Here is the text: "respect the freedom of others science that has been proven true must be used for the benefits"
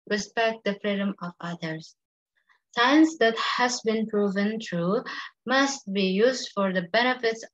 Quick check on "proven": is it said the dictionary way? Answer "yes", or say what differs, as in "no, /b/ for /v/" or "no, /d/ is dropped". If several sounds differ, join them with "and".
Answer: yes